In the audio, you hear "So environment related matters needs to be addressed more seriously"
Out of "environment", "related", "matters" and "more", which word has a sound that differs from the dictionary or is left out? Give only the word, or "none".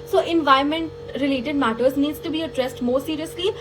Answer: environment